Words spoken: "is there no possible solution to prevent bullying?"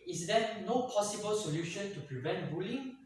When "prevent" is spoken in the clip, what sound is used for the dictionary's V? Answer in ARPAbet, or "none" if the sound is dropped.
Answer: V